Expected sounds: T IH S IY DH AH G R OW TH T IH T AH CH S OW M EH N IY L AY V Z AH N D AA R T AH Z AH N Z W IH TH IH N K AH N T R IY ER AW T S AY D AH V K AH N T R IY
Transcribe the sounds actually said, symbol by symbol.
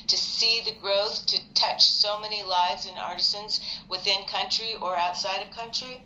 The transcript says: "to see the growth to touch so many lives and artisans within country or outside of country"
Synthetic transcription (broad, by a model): T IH S IY DH AH G R OW TH T IH T AH CH S OW M EH N IY L AY V Z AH N AA R T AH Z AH N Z W IH TH IH N K AH N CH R IY ER AW T S AY D AH V K AH N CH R IY